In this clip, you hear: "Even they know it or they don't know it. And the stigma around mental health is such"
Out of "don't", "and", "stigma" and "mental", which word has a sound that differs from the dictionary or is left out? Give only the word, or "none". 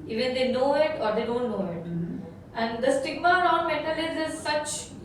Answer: mental